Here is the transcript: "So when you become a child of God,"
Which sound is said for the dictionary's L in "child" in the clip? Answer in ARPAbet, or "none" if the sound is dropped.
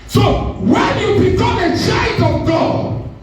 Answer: none